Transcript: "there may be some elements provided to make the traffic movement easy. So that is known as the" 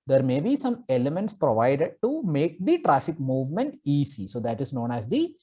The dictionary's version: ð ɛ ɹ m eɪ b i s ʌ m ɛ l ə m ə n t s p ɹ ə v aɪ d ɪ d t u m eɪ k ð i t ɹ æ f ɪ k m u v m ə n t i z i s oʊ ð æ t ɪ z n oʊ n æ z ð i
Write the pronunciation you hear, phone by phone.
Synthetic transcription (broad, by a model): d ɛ ɹ m eɪ b i s ʌ m ɛ l ə m ə n t s p ɹ ə v aɪ d ɪ d t u m eɪ k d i t ɹ æ f ɪ k m u v m ə n t i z i s oʊ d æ t ɪ z n oʊ n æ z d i